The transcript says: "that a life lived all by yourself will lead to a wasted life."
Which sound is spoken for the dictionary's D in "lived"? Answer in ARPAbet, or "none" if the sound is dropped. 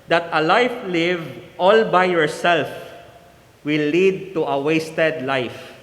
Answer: none